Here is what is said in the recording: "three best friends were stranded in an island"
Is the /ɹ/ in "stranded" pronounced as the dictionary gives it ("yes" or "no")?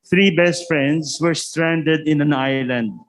yes